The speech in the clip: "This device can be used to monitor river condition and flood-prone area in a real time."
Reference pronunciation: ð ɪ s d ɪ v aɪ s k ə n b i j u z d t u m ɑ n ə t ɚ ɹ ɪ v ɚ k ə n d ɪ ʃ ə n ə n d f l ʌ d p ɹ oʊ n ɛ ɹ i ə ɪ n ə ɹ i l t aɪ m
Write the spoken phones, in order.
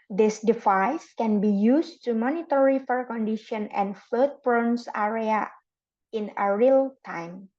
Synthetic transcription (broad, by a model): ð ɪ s d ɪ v aɪ s k ə n b i j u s t u m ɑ n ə t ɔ ɹ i f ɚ k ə n d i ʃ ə n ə n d f l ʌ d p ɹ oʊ n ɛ ɹ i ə ɪ n ə ɹ i l t aɪ m